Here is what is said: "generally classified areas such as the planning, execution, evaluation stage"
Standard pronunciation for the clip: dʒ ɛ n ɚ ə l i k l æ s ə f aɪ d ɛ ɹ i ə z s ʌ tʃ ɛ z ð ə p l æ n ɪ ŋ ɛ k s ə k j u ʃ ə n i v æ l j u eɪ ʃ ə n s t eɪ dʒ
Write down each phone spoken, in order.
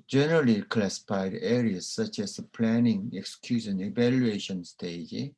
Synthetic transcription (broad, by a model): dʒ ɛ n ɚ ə l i k l æ s ə f aɪ d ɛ ɹ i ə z s ʌ tʃ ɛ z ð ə p l æ n ɪ ŋ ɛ k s k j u s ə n i v æ l j u eɪ ʃ ə n s t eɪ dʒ